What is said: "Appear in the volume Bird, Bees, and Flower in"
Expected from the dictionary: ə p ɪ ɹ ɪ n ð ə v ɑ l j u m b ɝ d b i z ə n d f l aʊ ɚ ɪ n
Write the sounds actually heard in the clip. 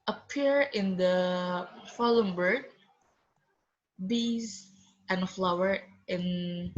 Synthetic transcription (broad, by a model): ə p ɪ ɹ ɪ n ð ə f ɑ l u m b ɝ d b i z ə n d f l aʊ ɚ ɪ n